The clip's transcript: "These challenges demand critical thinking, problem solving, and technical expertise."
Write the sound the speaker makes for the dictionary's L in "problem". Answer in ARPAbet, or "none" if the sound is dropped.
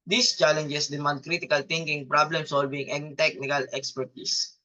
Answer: L